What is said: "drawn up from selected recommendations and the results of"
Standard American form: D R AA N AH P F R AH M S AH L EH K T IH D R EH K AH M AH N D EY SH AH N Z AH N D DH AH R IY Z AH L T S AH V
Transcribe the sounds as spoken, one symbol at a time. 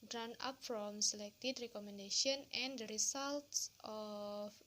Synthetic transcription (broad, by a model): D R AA N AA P F R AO M S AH L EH K T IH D R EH K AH M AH N D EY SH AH N AH N D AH R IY S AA L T S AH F